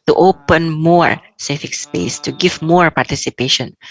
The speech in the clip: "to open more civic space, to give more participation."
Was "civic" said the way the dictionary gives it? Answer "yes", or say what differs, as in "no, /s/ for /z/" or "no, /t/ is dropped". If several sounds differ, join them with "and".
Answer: no, /f/ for /v/